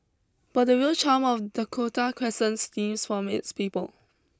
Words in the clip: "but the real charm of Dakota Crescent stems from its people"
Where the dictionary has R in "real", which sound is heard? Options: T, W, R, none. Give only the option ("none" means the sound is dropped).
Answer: W